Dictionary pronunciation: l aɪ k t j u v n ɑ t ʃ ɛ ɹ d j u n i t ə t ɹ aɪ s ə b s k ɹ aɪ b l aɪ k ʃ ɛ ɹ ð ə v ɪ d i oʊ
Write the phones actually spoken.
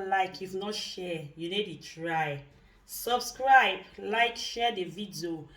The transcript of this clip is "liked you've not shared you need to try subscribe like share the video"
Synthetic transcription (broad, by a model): l aɪ k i f n ɑ t ʃ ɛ j u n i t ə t ɹ aɪ s ə b s k ɹ aɪ b l aɪ k ʃ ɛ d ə v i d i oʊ